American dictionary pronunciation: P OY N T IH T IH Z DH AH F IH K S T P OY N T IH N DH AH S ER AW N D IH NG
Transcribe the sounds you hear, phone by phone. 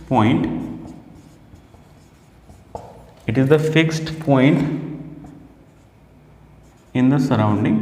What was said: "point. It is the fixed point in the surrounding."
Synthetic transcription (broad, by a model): P OY N T IH T IH Z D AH F IH K S T P OY N T IH N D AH S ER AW N D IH NG